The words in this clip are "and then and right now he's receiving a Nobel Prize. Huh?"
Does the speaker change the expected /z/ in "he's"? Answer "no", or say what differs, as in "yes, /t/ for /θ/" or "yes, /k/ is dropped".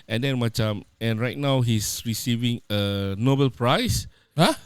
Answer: yes, /s/ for /z/